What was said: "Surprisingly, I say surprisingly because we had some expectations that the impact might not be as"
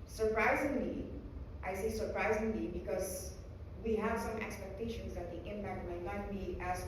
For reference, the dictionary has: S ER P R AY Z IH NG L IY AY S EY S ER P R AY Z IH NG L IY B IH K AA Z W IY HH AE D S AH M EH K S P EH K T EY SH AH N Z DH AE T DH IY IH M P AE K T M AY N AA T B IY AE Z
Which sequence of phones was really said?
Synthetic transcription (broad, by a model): S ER P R AY Z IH NG L IY AY S EY S ER P R AY Z IH NG L IY B IH K AA Z W IY HH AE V S AH M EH K S P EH K T EY SH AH N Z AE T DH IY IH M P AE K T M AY L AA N B IY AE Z